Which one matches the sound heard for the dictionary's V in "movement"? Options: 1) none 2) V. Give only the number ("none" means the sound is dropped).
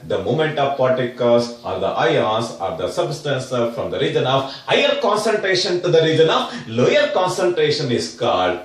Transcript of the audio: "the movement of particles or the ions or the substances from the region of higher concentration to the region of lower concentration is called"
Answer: 1